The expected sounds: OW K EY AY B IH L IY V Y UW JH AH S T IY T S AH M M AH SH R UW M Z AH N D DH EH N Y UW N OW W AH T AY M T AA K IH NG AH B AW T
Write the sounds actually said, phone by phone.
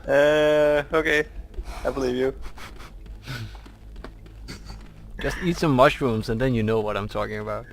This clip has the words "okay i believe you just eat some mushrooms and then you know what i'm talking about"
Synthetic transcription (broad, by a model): OW K EY AY B IH L IY V Y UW JH AH S T IY T S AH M M AH SH R UW M Z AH N DH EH N Y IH N OW W AH T AY M T AA K IH NG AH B AW T